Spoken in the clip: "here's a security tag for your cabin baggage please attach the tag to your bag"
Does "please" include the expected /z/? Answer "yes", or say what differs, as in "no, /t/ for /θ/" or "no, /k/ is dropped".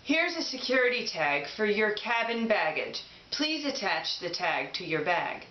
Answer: yes